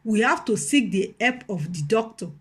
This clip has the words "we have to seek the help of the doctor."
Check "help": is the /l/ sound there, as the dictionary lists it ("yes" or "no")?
no